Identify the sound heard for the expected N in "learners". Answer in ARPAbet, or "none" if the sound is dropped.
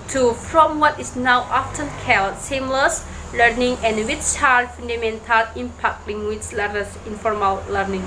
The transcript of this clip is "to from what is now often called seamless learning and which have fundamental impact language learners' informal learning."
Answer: none